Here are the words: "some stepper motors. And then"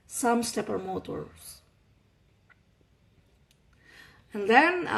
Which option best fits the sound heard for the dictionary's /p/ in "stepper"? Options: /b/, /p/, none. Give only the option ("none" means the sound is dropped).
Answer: /p/